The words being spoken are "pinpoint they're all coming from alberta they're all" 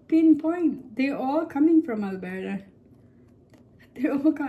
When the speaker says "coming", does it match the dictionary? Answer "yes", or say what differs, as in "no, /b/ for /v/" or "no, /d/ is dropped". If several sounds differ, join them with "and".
yes